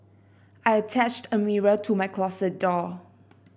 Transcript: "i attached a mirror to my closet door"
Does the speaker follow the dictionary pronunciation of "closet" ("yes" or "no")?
no